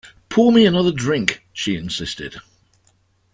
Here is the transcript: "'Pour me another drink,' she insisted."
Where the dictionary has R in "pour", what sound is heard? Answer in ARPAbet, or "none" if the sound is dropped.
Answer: L